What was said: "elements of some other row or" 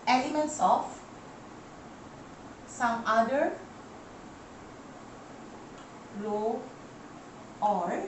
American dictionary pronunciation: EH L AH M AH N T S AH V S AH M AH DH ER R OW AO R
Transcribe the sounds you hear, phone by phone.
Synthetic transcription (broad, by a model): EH L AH M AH N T S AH F S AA M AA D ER L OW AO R